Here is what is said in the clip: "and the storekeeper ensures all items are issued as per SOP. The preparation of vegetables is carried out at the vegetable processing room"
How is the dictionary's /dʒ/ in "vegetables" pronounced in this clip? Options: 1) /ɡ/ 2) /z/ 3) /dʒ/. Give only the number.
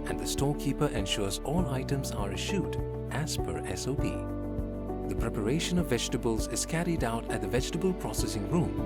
3